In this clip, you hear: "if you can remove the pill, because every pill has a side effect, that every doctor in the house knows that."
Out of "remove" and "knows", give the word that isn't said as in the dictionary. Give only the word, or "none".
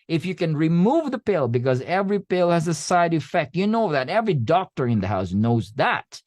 none